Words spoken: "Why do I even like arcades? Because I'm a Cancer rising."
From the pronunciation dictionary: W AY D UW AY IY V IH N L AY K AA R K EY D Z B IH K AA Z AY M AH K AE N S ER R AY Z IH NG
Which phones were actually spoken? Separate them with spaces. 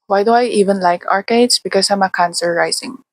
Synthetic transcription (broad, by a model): W AY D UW AY IY V IH N L AY K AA R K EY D S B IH K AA S AY M AH K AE N S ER R AY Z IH NG